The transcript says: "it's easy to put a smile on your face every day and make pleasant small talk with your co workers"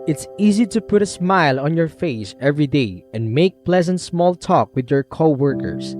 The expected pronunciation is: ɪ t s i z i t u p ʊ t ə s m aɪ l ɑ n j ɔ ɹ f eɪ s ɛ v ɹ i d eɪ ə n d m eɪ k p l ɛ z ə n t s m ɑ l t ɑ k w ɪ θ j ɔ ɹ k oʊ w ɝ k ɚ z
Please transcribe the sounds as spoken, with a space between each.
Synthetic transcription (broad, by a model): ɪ t s i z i t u p ʊ t ə s m aɪ l ɑ n j ɔ ɹ f eɪ s ɛ v ɹ i d eɪ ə n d m eɪ k p l ɛ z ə n t s m ɑ l t ɑ k w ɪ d j ɔ ɹ k oʊ w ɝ k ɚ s